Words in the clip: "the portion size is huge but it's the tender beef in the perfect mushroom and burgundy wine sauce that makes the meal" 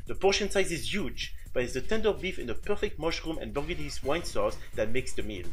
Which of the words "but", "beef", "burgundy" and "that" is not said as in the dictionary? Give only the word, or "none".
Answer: burgundy